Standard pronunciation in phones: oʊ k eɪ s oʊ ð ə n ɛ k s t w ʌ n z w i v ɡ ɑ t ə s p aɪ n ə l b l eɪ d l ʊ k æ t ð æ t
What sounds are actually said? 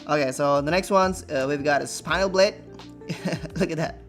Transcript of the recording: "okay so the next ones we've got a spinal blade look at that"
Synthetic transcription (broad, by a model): oʊ k eɪ s oʊ ð ə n ɛ k s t w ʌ n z w i v ɡ ɑ t ə s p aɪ ə l b l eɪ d l ʊ k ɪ t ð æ t